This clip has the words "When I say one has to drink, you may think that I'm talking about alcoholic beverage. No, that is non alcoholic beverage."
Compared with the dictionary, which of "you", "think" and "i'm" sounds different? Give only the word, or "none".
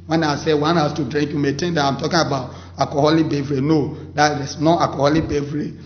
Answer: think